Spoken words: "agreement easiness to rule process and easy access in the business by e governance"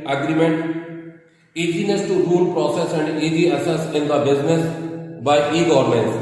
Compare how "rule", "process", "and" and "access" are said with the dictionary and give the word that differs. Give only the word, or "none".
access